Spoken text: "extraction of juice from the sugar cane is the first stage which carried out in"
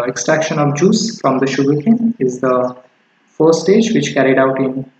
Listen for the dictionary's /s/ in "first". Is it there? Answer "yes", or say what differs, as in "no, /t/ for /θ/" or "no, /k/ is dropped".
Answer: no, /s/ is dropped